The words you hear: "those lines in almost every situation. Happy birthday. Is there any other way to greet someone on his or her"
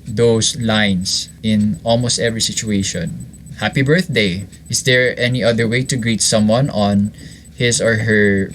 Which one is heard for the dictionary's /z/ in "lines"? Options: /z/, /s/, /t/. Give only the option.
/s/